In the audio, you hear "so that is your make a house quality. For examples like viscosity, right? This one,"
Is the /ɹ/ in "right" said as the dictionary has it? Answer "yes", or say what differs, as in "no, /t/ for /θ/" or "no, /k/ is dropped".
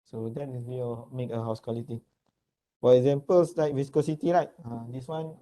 no, /l/ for /ɹ/